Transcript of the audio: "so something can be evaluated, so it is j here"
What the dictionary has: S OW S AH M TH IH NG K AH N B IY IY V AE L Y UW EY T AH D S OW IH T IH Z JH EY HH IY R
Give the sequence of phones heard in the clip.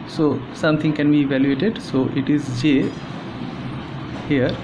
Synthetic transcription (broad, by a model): S OW S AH M T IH NG K AH N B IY IY V AE L Y UW EY T AH D S OW IH T IH Z JH EY HH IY R